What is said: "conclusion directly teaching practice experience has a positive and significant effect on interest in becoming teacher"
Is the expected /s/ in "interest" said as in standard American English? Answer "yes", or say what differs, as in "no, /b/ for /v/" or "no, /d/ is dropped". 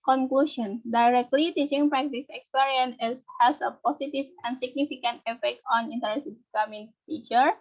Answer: no, /s/ is dropped